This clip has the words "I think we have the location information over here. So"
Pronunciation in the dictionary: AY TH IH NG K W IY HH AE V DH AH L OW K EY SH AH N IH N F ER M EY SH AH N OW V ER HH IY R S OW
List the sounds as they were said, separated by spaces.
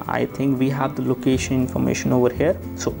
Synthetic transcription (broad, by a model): AY T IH NG K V IY HH AE V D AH L OW K EY SH AH N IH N F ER M EY SH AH N OW V ER HH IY R S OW